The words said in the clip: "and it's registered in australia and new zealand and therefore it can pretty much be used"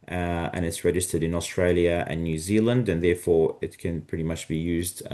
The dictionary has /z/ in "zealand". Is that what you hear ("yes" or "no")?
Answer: yes